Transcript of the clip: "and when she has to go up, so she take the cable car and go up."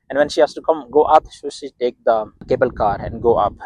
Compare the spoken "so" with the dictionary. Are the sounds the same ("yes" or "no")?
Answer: no